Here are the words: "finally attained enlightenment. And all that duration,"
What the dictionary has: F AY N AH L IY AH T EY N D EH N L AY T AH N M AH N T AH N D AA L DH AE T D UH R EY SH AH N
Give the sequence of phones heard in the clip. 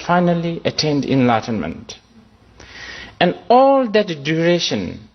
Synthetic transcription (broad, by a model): F AY N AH L IY AH T EY N D EH N L AY T AH N M AH N T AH N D AA L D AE T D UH R EY SH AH N